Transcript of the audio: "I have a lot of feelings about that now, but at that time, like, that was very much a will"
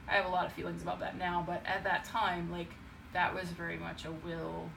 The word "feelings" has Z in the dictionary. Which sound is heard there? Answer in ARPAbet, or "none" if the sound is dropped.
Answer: Z